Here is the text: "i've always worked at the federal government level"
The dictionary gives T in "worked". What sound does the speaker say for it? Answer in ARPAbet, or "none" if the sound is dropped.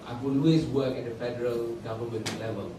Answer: none